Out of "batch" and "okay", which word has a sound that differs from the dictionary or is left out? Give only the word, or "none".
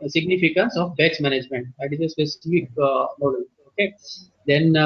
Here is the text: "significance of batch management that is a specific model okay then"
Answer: batch